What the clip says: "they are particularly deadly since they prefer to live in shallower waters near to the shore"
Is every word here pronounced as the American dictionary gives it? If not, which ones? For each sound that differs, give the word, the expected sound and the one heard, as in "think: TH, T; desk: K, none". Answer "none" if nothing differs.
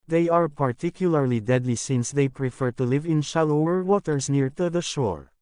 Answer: none